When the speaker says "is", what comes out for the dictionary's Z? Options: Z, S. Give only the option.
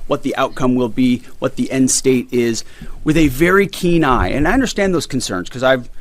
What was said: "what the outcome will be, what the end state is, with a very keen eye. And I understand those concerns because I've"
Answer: Z